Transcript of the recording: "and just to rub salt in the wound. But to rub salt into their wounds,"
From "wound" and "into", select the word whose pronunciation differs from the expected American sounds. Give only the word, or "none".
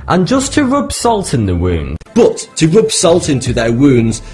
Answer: none